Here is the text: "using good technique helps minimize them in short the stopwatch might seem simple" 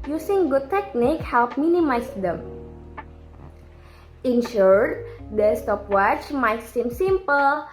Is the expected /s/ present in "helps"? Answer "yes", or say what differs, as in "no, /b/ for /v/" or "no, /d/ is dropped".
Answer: no, /s/ is dropped